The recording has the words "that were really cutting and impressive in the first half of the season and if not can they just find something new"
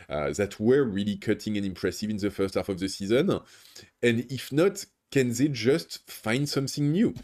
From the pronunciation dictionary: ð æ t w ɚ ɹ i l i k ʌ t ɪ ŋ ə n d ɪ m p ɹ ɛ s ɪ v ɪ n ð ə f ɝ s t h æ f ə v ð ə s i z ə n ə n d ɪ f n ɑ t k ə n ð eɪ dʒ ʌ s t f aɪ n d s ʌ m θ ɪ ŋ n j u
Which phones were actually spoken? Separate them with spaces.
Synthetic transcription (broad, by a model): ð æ t w ɚ ɹ i l i k ʌ t ɪ ŋ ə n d ɪ m p ɹ ɛ s ɪ v ɪ n ð ə f ɝ s t h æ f ə v ð ə s i z ə n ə n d ɪ f n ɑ t k ə n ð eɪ dʒ ʌ s t f aɪ n d s ʌ m θ ɪ ŋ n j u